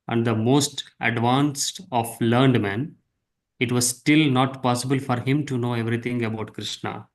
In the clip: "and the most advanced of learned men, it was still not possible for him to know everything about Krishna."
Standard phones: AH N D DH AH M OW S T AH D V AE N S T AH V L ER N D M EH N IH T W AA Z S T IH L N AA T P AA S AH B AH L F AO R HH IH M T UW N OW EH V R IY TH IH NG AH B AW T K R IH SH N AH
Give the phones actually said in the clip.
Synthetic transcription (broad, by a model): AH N D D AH M OW S T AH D V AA N S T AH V L ER N D M EH N IH T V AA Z S T IH L N AA T P AA S AH B AH L F AO R HH IH M T UW N OW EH V R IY T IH NG AH B AW T K R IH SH N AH